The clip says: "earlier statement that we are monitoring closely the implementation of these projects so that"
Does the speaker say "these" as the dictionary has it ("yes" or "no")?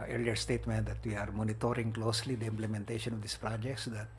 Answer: no